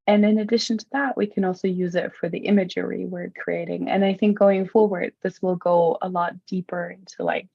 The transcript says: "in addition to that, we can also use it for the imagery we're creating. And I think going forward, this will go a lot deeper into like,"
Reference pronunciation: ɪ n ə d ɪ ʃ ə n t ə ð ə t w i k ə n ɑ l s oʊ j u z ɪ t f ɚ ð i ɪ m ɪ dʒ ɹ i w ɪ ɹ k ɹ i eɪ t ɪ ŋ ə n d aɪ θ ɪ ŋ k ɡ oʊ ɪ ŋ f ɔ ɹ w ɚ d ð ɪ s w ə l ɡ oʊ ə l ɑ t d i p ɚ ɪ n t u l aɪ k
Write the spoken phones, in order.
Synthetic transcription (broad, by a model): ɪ n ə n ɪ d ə n t ə ð ə t w i k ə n ɑ l s oʊ j u z ɪ t f ɚ ð i ɪ m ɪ dʒ ɹ i w ɪ ɹ k ɹ i eɪ t ɪ ŋ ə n aɪ θ ɪ ŋ k ɡ oʊ ɪ ŋ f ɔ ɹ w ɚ d ð ɪ s w ə l ɡ oʊ ə l ɑ t d i p ɚ ɪ n t u l aɪ k